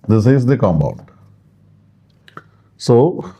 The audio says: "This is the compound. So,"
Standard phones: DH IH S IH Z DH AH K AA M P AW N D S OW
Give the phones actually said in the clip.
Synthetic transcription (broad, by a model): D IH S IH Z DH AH K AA M B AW N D S OW